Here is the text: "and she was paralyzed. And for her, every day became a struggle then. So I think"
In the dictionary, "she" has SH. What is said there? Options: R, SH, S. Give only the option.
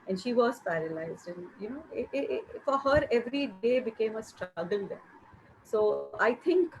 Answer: SH